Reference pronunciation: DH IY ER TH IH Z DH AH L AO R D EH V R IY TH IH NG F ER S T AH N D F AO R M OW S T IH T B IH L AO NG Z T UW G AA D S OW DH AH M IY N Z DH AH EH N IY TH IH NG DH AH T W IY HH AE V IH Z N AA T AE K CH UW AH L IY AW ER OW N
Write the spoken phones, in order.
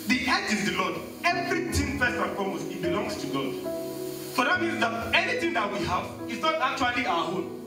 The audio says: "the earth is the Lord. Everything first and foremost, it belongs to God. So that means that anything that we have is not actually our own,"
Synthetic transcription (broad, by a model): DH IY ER T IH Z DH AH L AO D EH V R IY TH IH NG P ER S AH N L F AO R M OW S IH T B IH L AO NG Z T UW G AA D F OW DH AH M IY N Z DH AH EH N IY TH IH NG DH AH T W IY HH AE V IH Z N AA T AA K CH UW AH L IY AW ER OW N